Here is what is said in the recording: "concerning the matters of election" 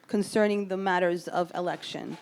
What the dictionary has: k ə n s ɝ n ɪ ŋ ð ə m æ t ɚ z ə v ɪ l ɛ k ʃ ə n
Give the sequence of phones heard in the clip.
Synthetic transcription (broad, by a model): k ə n s ɝ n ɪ ŋ ð ə m æ t ɚ z ə v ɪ l ɛ k ʃ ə n